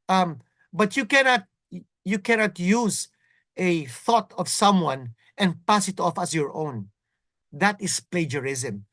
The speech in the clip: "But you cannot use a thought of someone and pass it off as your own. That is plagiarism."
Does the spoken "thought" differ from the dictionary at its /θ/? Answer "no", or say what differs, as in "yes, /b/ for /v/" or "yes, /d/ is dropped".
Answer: no